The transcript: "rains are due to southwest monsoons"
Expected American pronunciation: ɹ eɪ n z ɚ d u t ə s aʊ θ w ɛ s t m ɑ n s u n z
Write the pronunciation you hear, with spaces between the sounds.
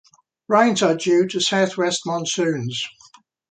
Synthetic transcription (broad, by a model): ɹ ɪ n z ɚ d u t ə s aʊ θ w ɛ s t m ɑ n s u n z